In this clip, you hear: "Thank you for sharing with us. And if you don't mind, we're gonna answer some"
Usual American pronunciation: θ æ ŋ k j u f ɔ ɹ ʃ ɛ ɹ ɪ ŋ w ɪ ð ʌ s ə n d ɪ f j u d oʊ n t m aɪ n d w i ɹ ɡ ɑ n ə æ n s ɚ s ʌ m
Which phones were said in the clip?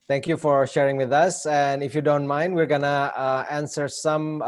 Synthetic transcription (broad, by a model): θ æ ŋ k j u f ɔ ɹ ʃ ɛ ɹ ɪ ŋ w ɪ ð ʌ s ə n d ɪ f j u d oʊ n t m aɪ n d w i ɹ ɡ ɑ n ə æ n s ɚ s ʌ m